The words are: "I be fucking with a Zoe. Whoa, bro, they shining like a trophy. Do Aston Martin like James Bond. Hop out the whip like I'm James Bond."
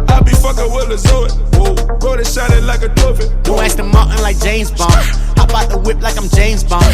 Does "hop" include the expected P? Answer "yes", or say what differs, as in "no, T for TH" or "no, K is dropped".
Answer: no, B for P